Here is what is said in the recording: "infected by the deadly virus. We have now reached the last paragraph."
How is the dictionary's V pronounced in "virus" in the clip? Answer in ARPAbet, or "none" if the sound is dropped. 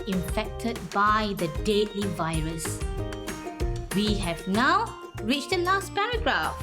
V